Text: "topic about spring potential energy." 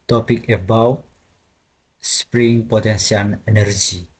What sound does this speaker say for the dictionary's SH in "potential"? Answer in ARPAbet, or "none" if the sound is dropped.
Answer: S